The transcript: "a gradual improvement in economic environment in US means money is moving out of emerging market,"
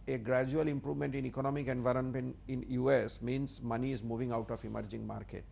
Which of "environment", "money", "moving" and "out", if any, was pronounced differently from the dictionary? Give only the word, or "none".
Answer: environment